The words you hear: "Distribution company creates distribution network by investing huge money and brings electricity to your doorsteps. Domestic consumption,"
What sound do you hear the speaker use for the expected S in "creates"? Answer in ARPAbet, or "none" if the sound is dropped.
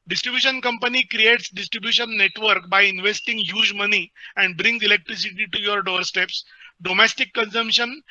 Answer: S